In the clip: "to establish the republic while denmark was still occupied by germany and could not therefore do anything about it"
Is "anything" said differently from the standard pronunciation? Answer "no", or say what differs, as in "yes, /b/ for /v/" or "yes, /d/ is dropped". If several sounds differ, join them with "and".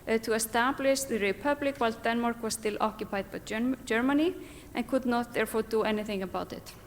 no